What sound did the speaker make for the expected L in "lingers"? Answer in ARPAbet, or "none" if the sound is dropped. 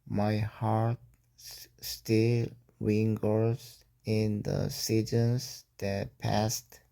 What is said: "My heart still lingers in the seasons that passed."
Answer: W